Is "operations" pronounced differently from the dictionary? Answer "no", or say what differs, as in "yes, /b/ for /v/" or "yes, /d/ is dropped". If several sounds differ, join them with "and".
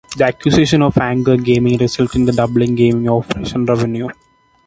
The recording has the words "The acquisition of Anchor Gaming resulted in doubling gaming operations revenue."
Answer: yes, /z/ is dropped